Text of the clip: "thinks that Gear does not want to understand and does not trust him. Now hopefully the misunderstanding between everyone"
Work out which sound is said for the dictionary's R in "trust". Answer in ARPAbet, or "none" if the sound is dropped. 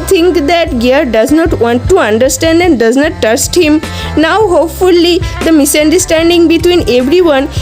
none